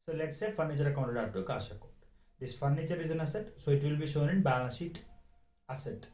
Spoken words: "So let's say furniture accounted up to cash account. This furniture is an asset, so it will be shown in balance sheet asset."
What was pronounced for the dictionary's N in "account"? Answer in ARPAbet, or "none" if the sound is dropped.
none